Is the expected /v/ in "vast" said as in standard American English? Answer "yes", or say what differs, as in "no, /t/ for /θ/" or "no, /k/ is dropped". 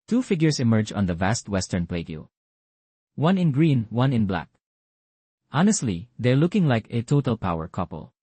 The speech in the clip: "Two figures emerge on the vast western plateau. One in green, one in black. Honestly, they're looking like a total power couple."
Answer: yes